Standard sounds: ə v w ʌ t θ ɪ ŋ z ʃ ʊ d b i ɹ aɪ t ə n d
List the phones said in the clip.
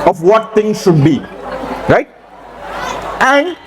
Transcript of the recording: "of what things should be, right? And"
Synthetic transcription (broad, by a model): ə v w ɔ t t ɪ ŋ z ʃ ʊ d b i ɹ aɪ t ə n d